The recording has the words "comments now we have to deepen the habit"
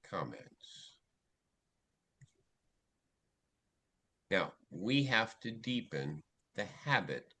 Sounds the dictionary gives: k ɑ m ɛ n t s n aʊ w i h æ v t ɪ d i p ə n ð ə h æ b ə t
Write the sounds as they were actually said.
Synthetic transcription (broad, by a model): k ɑ m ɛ n t s n aʊ w i h æ f t ɪ d i p ə n ð ə h æ b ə t